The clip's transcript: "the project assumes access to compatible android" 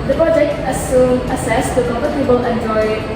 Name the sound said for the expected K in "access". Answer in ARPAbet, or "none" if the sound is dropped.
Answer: none